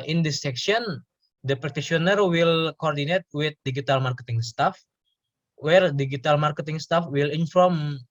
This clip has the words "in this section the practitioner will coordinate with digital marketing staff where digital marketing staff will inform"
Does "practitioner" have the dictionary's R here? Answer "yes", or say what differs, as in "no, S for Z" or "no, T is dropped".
no, R is dropped